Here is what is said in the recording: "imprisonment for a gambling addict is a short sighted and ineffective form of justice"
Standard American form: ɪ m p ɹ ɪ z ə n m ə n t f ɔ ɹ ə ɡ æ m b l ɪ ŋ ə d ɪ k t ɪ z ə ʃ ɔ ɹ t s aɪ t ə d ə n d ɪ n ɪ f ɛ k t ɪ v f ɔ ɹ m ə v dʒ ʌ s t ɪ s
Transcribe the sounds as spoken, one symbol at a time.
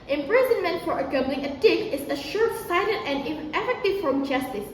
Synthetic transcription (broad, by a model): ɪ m p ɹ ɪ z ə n m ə n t f ɔ ɹ ə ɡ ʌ b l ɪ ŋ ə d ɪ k ɪ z ə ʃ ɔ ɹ s aɪ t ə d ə n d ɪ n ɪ f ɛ k t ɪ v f ɹ ə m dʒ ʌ s t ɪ s